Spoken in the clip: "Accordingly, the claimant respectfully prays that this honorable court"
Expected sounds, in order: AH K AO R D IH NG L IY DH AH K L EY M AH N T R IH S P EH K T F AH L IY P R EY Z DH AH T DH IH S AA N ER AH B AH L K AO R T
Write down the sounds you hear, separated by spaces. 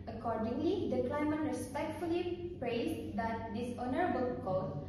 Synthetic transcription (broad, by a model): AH K AO R D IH NG L IY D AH K L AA M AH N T R IH S P EH K T F AH L IY P R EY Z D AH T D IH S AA N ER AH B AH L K AO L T